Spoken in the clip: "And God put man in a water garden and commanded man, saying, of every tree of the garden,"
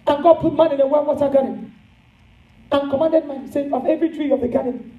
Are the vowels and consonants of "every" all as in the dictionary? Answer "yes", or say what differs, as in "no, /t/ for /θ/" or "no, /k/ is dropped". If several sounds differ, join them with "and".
yes